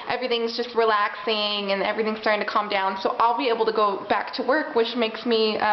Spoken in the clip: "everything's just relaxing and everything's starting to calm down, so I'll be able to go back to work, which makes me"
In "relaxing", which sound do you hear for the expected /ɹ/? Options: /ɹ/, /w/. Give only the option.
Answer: /ɹ/